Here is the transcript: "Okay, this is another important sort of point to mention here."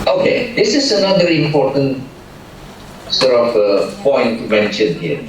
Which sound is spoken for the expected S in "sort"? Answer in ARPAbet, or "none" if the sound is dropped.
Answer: S